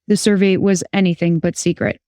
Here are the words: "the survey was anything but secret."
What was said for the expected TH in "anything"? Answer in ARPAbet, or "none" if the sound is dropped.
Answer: TH